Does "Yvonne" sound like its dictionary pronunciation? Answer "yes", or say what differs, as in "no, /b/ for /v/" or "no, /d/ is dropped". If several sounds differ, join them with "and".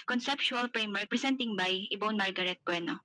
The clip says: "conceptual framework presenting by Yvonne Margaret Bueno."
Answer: no, /b/ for /v/